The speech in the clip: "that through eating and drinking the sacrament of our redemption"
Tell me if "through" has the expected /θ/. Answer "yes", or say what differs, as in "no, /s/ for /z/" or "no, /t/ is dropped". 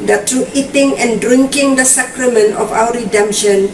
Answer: no, /t/ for /θ/